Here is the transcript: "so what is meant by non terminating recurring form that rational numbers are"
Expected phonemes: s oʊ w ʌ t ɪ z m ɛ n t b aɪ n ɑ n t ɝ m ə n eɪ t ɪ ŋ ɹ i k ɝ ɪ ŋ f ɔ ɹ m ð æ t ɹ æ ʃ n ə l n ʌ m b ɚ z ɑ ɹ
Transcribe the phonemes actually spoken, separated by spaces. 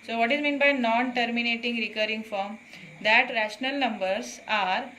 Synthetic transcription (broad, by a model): s oʊ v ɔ t ɪ z m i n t b aɪ n ɑ n t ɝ m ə n eɪ t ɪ ŋ ɹ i k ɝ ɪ ŋ f ɔ ɹ m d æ t ɹ æ ʃ n ə l n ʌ m b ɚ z ɑ ɹ